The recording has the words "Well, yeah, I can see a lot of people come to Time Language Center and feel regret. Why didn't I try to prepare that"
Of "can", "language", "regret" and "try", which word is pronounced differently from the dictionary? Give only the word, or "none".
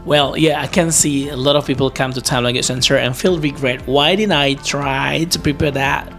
language